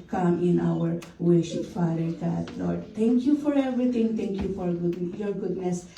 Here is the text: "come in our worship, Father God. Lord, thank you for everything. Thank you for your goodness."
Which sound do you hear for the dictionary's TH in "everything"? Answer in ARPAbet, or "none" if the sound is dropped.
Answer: T